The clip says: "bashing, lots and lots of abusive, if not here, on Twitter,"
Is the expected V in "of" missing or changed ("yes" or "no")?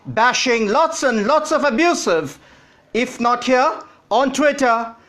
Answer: no